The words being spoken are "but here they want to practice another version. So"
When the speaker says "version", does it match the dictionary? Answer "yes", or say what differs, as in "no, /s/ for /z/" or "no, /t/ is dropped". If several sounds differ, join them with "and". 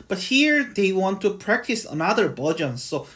no, /b/ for /v/